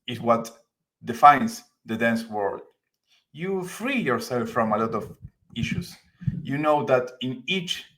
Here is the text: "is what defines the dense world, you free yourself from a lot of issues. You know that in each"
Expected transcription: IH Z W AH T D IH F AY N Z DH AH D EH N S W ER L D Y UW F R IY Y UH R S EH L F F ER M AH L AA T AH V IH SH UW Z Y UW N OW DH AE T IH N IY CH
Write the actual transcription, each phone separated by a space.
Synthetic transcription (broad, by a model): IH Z W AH T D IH F AY N S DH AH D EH N S W ER L D Y UW F R IY Y UH R S EH L F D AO M AH L AA T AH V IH SH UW S Y UW N OW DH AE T IH N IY CH